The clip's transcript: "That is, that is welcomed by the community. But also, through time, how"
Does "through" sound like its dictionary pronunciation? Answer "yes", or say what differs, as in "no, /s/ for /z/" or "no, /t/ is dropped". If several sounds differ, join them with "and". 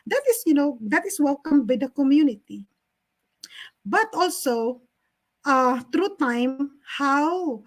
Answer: no, /t/ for /θ/